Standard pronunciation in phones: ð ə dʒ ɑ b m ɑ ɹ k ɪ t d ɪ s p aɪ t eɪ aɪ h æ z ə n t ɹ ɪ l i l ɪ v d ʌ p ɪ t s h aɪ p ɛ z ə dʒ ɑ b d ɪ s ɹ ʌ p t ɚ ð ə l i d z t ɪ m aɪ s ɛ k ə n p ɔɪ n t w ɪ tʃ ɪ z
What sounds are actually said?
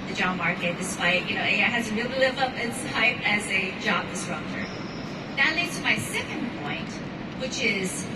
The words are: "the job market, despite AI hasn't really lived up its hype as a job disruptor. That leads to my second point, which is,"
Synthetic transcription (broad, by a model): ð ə dʒ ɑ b m ɑ ɹ k ɪ t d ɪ s p aɪ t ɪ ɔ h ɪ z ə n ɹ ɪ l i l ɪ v ʌ p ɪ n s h aɪ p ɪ z ə dʒ ɑ b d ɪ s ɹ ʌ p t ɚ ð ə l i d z t ɪ m aɪ s ɛ k ə n p ɔɪ n t w ɪ tʃ ɪ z